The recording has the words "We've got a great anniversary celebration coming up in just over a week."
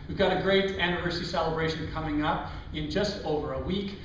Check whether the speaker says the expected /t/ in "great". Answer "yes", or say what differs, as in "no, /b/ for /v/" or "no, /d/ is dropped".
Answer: yes